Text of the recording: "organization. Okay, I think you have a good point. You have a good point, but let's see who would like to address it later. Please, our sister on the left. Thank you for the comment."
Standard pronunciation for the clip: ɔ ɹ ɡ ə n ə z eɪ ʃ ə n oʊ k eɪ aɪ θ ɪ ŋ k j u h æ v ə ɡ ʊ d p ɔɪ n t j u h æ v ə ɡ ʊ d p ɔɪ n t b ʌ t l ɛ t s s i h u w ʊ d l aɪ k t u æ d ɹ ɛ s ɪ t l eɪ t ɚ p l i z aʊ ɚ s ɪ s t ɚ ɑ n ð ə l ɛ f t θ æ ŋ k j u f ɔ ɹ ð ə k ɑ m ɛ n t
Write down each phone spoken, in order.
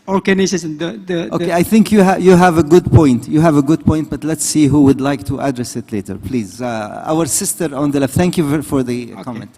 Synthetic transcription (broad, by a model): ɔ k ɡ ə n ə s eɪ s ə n oʊ k eɪ aɪ θ ɪ ŋ k j u h æ v ə ɡ ʊ d p ɔɪ n t j u h æ v ə ɡ ʊ d p ɔɪ n t b ʌ t l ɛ t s s i h u w ʊ d l aɪ k t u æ d ɹ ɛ s ɪ t l eɪ t ɚ p l i z aʊ ɚ s ɪ s t ɚ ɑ n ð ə l ɛ f t θ æ ŋ k j u f ɔ ɹ ð ə k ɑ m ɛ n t